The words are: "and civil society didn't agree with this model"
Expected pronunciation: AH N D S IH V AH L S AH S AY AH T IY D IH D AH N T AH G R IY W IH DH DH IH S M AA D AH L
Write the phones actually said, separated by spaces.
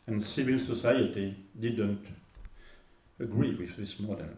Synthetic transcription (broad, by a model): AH N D S IH V AH L S AH S AY AH T IY D IH D AH N T AH G R IY W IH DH DH IH S M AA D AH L